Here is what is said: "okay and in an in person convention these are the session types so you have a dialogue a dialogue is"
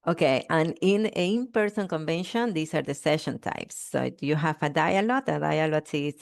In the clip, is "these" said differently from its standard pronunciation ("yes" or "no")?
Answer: yes